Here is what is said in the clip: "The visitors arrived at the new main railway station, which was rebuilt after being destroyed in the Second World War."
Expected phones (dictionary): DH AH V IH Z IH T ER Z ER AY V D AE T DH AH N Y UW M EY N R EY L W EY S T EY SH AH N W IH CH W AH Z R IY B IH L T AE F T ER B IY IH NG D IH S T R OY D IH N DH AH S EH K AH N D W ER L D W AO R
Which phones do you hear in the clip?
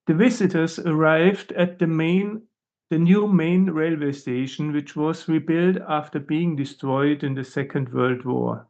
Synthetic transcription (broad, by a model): DH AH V IH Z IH T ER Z ER AY V D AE T DH AH N Y UW M EY N R EY L W EY S T EY SH AH N W IH CH W AH Z R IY B IH L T AE F T ER B IY IH NG D IH S T R OY D IH N DH AH S EH K AH N D W ER L D W AO R